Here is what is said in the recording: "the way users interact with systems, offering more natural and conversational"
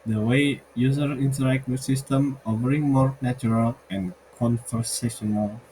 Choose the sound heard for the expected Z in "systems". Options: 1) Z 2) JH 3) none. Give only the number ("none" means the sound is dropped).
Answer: 3